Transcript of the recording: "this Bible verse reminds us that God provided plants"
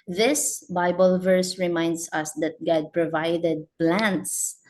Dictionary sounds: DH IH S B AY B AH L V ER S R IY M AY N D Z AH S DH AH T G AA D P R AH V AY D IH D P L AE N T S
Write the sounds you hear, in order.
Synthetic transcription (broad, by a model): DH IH S B AY B AH L V ER S R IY M AY N D S AH S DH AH T G AA D P R AH V AY D IH D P L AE N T S